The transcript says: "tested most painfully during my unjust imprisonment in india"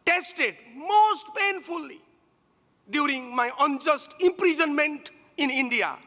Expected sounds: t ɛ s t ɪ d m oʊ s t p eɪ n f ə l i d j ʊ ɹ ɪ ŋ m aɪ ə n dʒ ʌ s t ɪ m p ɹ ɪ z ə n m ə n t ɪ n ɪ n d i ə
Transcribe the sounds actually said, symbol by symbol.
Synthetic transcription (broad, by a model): t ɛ s t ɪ d m oʊ s t p eɪ n f ə l i d j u ɹ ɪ ŋ m aɪ ə n dʒ ʌ s t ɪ m p ɹ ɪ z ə n m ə n t ɪ n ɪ n d i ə